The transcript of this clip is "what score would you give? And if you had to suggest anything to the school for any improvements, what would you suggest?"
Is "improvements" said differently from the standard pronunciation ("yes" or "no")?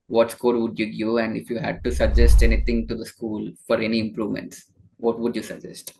no